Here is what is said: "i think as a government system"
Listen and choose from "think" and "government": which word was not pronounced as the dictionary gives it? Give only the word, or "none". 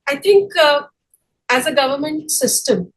think